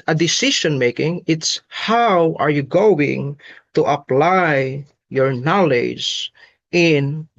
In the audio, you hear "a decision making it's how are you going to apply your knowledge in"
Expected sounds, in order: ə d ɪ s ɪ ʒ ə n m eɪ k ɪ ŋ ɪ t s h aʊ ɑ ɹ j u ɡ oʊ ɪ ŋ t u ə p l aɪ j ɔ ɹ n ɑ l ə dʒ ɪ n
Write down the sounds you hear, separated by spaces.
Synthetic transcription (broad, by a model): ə d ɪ s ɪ ʃ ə n m eɪ k ɪ ŋ ɪ t s h aʊ ɑ ɹ j u ɡ oʊ ɪ ŋ t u ə p l aɪ j ɔ ɹ n ɑ l ə dʒ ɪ n